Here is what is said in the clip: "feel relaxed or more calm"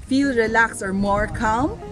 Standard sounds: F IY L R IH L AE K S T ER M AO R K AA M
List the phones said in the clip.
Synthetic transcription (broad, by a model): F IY L R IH L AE K S ER M AO R K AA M